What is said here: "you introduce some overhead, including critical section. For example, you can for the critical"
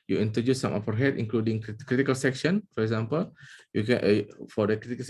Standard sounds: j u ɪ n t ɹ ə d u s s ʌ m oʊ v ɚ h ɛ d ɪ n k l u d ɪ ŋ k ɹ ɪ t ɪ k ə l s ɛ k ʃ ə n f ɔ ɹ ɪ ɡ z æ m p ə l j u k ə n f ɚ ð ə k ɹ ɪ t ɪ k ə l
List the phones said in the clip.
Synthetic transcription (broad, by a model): j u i n t ɹ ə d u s s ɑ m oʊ f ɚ h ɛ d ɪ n k l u d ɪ ŋ k ɹ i t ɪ k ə l s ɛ k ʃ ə n f ɔ ɹ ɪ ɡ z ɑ m p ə l j u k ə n f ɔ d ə k ɹ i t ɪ k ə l